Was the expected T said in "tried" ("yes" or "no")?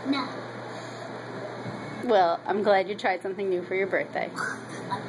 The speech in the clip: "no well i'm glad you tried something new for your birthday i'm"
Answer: yes